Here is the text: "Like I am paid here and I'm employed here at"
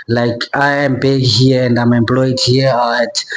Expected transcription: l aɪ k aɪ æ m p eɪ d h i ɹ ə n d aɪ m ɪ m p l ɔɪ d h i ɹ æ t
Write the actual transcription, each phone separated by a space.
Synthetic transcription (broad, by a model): l aɪ k aɪ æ m b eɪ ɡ h i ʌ ə n d aɪ m ɪ m p l ɔɪ d h i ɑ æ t